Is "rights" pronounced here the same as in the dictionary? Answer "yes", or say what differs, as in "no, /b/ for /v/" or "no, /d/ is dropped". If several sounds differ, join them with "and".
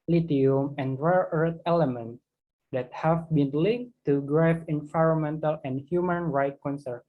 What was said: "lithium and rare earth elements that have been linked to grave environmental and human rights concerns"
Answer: no, /s/ is dropped